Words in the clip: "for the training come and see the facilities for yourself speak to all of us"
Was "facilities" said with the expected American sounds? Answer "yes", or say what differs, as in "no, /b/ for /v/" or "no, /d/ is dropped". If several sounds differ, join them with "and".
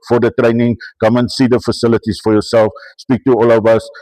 no, /s/ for /z/